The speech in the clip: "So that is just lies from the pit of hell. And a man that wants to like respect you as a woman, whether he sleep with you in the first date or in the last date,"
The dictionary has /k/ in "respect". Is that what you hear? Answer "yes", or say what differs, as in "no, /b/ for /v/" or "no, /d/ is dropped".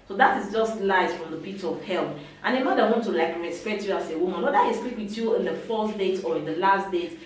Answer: no, /k/ is dropped